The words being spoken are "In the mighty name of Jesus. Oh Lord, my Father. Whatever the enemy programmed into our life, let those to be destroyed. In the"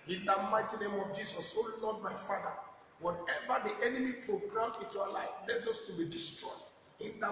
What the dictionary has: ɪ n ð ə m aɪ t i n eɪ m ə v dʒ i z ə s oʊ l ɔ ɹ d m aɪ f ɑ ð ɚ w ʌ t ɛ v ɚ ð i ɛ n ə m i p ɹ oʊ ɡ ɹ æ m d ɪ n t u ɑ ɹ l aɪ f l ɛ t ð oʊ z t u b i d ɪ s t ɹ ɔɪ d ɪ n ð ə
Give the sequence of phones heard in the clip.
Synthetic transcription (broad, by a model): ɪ n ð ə m aɪ t i n eɪ m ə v dʒ i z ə s oʊ l ɔ d m aɪ f ɑ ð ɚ w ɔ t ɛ v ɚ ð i ɛ n ə m i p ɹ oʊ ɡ ɹ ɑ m ɪ n t u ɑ l aɪ f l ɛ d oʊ s t u b i d ɪ s t ɹ ɔɪ d ɪ n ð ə